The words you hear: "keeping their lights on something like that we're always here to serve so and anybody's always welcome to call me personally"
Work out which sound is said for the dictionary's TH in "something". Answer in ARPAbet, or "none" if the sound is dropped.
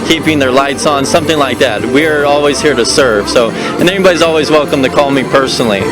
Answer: TH